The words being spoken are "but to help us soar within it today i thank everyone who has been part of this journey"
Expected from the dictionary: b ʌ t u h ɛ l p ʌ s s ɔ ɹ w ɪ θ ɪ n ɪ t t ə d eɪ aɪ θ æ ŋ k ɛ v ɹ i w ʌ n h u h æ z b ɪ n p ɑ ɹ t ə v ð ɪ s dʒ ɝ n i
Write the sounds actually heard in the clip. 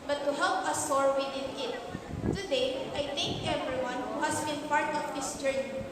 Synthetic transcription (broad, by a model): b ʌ t u h ɛ l p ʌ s s ɔ ɹ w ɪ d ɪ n ɪ t t ə d eɪ aɪ t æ ŋ k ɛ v ɹ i w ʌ n h u h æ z b ɪ n p ɑ ɹ t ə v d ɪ s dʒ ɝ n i